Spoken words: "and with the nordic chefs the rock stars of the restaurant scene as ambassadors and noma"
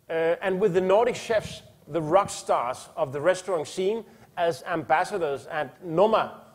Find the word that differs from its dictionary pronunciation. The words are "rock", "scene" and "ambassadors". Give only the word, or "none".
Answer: none